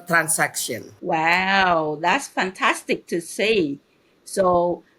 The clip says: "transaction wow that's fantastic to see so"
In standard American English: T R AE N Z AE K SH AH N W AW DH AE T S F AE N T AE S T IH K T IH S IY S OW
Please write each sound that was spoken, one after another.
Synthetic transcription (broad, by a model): T R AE N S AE K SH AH N W AW DH AE T S F AE N T AE S T IH K T IH S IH S OW